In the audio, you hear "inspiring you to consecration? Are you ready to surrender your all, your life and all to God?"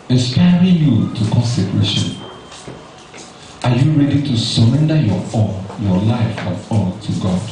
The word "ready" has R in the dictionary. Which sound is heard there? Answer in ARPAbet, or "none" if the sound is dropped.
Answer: R